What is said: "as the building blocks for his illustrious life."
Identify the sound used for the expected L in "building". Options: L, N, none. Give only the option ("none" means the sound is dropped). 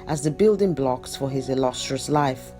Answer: L